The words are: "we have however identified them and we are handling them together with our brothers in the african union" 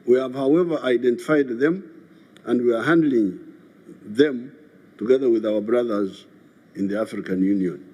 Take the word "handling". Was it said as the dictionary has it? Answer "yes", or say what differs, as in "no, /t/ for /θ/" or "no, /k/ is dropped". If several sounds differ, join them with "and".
yes